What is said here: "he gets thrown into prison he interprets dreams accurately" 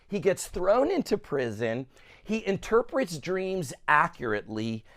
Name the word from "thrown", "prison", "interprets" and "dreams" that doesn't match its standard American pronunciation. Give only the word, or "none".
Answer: none